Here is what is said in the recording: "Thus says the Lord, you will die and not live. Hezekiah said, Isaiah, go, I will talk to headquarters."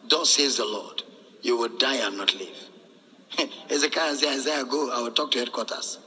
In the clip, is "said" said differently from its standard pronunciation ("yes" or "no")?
yes